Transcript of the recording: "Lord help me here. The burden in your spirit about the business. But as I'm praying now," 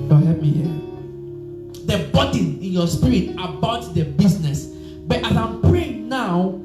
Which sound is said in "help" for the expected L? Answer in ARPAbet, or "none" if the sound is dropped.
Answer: none